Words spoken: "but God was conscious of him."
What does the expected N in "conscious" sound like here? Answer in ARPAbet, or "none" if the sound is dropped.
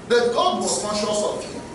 none